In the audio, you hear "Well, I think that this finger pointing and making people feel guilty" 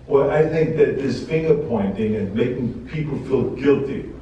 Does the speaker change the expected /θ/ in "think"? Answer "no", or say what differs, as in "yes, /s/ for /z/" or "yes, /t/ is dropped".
no